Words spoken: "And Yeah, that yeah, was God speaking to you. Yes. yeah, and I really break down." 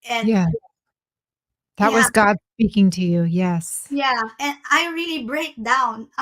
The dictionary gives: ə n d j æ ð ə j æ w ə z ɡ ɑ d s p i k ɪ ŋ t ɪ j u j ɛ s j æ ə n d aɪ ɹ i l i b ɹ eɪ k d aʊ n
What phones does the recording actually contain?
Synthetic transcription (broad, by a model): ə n j æ ð ə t w ə z ɡ ɑ d s p i k ɪ ŋ t ɪ j u j ɛ s j æ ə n aɪ ɹ i l i b ɹ eɪ k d aʊ n